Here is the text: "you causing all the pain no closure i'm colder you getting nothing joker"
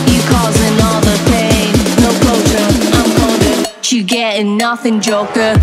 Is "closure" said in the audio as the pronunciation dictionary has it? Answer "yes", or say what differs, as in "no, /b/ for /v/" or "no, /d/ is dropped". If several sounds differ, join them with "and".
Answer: no, /l/ is dropped